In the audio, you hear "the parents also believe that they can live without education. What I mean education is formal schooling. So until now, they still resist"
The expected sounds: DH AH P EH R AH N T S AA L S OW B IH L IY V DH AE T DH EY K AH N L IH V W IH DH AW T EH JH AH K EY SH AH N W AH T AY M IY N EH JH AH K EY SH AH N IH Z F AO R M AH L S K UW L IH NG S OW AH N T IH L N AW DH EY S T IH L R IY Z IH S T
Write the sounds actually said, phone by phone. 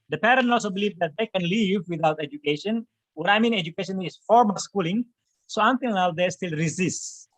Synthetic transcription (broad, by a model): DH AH P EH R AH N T AA L S OW B IH L IY V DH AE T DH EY K AH N L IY V W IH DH AW T EH JH AH K EY SH AH N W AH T AY M IY N EH JH AH K EY SH AH N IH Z F AO R M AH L S K UW L IH NG S OW AH N T IH L N AW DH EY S T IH L R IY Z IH S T